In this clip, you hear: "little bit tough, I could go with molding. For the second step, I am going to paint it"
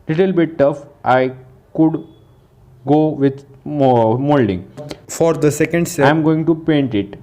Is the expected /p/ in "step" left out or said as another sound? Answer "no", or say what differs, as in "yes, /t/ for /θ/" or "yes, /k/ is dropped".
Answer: yes, /p/ is dropped